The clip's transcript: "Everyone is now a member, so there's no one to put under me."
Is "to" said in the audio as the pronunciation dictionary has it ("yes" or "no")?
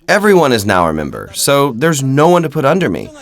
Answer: yes